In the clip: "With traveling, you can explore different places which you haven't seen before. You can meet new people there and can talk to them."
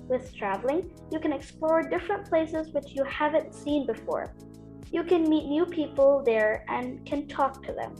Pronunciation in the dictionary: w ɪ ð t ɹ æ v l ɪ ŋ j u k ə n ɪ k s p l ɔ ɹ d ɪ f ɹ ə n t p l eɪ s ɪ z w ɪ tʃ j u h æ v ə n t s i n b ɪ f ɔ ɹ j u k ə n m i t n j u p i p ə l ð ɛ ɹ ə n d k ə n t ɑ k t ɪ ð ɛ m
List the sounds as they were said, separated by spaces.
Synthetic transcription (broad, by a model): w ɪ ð t ɹ æ v l ɪ ŋ j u k ə n ɪ k s p l ɔ ɹ d ɪ f ɹ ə n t p l eɪ s ɪ z w ɪ tʃ j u h æ v ə n t s i n b ɪ f ɔ ɹ j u k ə n m i t n j u p i p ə l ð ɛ ɹ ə n k ə n t ɑ k t ɪ ð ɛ m